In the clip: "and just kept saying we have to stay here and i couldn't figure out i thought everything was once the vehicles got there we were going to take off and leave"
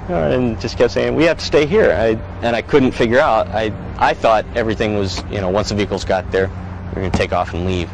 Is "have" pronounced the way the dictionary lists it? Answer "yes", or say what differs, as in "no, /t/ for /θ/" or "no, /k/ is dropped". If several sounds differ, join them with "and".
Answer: no, /f/ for /v/